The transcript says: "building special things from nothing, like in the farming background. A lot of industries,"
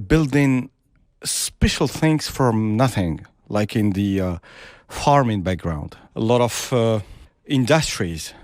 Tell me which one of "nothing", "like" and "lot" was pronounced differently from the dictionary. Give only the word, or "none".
none